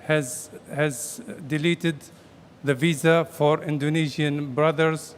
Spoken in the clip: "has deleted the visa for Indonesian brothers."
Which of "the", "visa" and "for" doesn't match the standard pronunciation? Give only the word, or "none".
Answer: none